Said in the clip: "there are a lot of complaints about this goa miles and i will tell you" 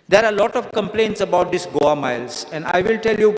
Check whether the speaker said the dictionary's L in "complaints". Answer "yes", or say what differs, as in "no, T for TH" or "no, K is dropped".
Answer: yes